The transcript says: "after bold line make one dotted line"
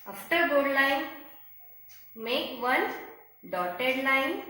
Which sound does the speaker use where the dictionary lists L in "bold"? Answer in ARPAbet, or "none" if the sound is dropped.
none